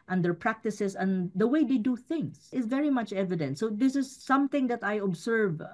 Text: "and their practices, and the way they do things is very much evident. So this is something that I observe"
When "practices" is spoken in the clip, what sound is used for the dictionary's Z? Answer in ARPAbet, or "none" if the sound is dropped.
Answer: S